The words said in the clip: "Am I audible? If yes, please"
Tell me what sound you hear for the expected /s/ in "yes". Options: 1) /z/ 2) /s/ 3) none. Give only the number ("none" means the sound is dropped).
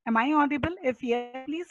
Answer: 3